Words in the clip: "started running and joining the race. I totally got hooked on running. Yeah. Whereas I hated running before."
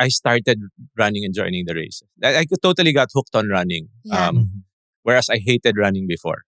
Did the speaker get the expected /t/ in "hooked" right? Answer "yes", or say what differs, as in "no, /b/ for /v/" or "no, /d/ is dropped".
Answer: yes